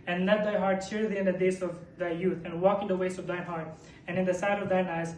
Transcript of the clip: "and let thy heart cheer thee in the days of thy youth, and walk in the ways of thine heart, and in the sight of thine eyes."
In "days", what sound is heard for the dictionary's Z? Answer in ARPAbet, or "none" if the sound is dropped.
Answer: S